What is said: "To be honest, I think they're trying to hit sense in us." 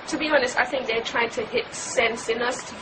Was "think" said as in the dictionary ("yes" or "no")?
yes